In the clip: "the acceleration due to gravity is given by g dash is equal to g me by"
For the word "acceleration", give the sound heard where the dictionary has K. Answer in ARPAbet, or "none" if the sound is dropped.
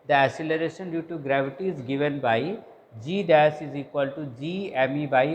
none